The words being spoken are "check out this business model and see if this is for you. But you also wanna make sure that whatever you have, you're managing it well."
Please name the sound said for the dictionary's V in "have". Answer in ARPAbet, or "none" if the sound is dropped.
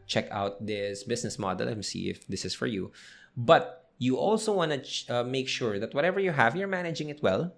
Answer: V